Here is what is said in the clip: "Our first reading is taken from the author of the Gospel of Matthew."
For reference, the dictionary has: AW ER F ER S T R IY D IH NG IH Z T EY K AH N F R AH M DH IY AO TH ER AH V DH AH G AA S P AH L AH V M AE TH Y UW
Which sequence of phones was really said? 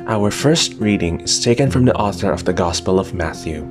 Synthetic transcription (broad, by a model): AW ER F ER S T R IY D IH NG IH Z T EY K AH N F R AH M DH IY AO TH ER AH V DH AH G AA S P AH L AH V M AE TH Y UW